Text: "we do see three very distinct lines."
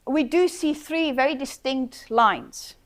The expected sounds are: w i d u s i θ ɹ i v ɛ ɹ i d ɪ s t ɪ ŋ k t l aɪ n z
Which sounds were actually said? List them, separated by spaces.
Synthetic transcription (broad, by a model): w i d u s i θ ɹ i v ɛ ɹ i d ɪ s t ɪ ŋ k t l aɪ n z